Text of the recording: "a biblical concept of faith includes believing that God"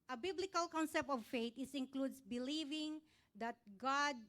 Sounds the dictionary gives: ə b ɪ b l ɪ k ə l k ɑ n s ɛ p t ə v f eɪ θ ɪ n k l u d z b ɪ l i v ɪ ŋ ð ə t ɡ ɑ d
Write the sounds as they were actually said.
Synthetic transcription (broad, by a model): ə b ɪ b l ɪ k ə l k ɑ n s ɛ p t ə v f eɪ s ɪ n k l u d s b ɪ l i v ɪ ŋ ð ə t ɡ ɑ d